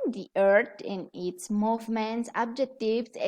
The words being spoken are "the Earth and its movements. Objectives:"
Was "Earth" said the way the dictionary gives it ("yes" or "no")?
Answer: no